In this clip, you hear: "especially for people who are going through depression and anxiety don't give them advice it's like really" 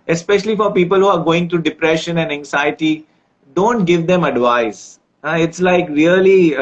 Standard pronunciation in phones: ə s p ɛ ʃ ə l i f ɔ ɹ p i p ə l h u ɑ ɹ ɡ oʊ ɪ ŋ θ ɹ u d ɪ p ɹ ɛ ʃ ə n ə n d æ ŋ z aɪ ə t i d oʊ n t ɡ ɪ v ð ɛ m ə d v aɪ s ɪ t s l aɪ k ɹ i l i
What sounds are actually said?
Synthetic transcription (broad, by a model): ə s p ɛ ʃ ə l i f ɔ ɹ p i p ə l h u ɑ ɹ ɡ oʊ ɪ ŋ t ɹ u d ɪ p ɹ ɛ ʃ ə n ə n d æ ŋ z aɪ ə t i d oʊ n t ɡ ɪ v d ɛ m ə d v aɪ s ɪ t s l aɪ k ɹ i l i